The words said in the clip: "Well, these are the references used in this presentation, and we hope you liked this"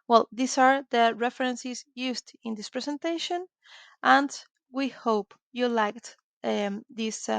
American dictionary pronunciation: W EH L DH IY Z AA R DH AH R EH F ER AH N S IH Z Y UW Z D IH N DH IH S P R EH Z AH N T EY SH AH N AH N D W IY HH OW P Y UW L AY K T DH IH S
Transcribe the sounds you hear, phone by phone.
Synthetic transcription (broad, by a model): W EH L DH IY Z AA R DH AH R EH F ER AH N S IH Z Y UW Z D IH N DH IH S P R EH S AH N T EY SH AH N AH N D W IY HH OW P Y UW L AY K T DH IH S